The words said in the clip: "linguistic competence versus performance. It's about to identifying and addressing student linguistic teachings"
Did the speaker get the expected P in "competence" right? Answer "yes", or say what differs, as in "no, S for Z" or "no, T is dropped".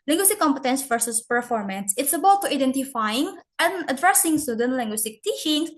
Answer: yes